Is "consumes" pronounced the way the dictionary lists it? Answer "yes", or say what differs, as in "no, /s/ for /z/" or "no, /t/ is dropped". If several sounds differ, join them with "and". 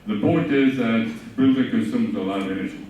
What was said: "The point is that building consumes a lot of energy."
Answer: no, /n/ is dropped